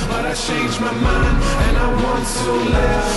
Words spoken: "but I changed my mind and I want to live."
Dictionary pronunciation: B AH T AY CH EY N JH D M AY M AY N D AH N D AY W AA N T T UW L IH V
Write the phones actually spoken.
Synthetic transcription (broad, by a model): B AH T AY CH EY N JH M AY M AY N AH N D AY W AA N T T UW L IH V